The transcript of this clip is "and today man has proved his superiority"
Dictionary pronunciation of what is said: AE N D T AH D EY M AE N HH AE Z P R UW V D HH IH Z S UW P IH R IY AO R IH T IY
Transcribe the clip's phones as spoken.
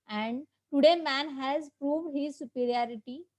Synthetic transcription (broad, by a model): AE N D T AH D EY M AE N HH AE Z P R UW V D HH IH Z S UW P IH R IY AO R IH T IY